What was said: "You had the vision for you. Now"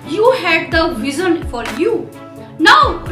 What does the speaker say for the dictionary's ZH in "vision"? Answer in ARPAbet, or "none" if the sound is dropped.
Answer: Z